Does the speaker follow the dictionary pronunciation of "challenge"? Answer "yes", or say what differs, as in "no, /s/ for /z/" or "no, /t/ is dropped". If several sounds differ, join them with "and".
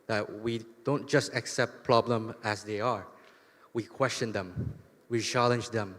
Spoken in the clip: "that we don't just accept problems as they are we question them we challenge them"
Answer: yes